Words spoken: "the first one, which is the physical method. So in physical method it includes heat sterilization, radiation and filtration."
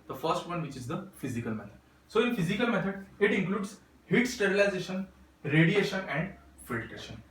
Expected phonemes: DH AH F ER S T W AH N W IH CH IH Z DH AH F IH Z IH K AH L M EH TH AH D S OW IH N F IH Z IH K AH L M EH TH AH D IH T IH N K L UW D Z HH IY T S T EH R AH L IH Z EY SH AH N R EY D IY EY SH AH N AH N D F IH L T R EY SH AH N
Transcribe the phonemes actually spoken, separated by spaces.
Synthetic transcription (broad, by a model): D AH F ER S T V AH N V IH CH IH Z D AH F IH Z IH K AH L M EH T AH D S OW IH N F IH Z IH K AH L M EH T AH D IH T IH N K L UW D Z HH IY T S T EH R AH L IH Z EY SH AH N R EY D IY EY SH AH N AH N D F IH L T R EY SH AH N